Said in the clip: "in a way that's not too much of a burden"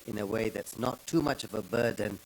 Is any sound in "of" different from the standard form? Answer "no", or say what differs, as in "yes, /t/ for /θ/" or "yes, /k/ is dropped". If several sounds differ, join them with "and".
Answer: no